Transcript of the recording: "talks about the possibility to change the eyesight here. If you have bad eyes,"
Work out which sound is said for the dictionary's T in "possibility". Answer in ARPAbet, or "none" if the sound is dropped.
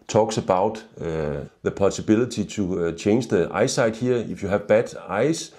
S